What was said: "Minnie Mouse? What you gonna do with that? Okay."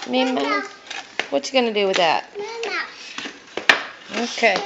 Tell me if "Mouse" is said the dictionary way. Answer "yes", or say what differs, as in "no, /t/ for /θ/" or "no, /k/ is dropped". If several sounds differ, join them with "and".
no, /s/ is dropped